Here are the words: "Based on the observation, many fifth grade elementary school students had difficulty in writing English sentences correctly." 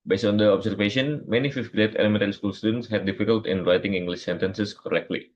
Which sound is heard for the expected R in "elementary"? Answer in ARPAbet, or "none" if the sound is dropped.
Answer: none